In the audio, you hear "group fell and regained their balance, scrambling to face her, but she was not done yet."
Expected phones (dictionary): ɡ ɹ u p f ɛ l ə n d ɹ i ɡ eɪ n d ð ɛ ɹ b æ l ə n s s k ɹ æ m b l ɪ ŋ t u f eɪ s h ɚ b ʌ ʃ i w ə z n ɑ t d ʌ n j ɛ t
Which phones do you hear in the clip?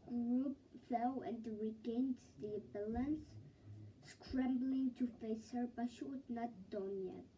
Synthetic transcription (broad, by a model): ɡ ɹ u p f ɛ l ə n d ɹ i ɡ eɪ n d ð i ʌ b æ l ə n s s k ɹ æ m b l ɪ ŋ t u f eɪ s h ɚ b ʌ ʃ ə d n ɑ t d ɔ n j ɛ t